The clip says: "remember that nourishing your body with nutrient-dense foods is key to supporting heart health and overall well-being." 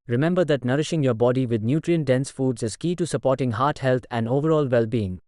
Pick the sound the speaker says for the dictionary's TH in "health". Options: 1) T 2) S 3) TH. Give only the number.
1